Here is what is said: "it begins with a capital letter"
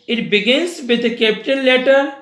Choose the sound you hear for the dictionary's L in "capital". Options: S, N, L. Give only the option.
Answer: N